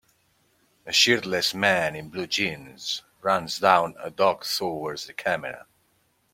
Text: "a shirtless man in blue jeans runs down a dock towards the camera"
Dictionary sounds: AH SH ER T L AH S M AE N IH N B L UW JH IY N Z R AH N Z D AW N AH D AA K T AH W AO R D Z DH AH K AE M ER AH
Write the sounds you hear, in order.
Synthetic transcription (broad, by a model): AH SH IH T L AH S M AE N IH N B L UW JH IY N Z R AH N Z D AW N AH D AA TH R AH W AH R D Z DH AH K AE M ER AH